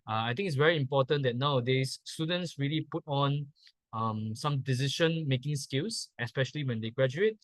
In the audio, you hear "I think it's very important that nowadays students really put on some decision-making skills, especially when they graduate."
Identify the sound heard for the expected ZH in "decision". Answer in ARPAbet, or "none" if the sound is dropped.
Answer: SH